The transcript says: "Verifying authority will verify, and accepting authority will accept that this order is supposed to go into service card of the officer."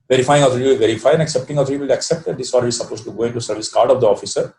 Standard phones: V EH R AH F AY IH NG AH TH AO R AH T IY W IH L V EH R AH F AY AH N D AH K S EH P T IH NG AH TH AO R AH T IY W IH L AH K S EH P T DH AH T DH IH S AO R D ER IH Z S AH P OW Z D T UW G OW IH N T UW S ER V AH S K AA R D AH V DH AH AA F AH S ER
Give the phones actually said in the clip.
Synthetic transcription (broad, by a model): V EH R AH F AY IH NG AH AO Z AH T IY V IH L V EH R AH F AY AH N D AH K S EH P T IH NG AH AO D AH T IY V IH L AH K S EH P T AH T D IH S AO L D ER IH S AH P OW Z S T UW G OW IH N T UW S ER V AH S K AA R D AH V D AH AA F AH S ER